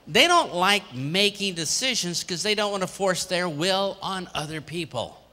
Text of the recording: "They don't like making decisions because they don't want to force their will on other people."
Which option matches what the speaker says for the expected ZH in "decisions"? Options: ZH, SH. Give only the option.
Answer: ZH